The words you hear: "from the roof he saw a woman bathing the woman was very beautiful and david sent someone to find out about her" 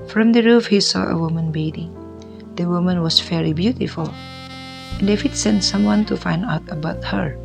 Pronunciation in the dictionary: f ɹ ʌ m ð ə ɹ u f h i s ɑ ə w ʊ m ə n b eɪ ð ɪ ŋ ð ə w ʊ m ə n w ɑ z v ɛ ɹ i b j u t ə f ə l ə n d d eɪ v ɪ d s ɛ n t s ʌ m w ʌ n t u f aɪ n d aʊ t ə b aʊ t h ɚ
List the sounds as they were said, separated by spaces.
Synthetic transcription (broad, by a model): f ɹ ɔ m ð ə ɹ u f h i s ɑ ə w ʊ m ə n b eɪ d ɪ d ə w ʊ m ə n w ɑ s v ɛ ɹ i b j u t ə f ə l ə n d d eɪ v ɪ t s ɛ n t s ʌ m w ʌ n t u f aɪ n d aʊ t ə b aʊ t h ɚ